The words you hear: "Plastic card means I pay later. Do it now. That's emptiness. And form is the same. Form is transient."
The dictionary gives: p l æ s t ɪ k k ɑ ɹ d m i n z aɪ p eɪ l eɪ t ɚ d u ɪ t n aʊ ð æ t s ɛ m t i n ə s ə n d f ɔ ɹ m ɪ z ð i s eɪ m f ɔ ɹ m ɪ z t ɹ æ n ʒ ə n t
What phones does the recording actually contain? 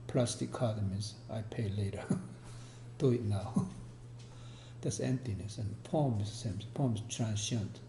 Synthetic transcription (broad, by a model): p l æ s t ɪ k k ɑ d m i z aɪ p eɪ l eɪ t ɚ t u ɪ t n aʊ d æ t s ɛ m t i n ə s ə n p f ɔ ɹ m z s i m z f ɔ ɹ m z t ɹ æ n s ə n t